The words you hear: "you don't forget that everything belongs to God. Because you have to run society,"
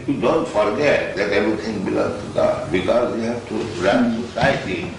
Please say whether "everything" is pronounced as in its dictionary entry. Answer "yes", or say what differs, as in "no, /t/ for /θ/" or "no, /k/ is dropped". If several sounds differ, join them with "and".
no, /t/ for /θ/